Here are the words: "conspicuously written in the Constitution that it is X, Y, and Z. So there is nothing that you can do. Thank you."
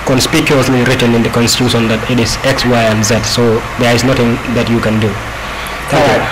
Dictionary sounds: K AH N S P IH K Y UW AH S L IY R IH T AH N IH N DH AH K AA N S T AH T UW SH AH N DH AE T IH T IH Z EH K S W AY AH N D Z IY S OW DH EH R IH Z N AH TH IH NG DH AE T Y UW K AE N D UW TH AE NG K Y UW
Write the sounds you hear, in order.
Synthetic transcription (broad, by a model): K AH N S P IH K Y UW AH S L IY R IH T AH N IH N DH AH K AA N S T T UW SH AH N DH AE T IH T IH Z EH K S W AY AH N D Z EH S OW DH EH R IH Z N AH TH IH NG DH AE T Y UW K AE N D UW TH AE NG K Y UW